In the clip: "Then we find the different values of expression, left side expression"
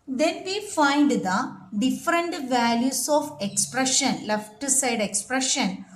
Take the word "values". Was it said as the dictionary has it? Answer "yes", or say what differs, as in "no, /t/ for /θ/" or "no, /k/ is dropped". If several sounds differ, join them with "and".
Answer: no, /s/ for /z/